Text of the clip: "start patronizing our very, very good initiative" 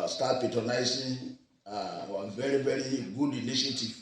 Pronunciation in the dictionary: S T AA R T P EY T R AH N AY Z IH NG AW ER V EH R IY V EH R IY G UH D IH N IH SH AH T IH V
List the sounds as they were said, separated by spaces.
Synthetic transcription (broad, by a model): S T AA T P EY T AH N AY S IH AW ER V EH R IY V EH R IY G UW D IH N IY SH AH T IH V